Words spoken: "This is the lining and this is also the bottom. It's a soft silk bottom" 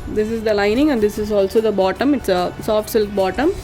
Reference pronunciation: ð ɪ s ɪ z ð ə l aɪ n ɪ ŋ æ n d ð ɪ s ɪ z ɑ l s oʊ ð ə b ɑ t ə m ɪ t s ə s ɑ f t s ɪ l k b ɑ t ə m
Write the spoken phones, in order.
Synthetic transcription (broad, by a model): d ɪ s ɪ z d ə l aɪ n ɪ ŋ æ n d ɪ s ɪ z ɑ l s oʊ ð ə b ɑ t ə m ɪ t s ə s ɑ f t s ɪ l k b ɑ t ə m